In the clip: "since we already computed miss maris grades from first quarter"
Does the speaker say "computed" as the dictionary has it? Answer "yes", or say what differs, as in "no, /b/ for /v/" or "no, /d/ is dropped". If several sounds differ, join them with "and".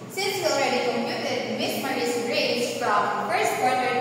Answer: no, /p/ is dropped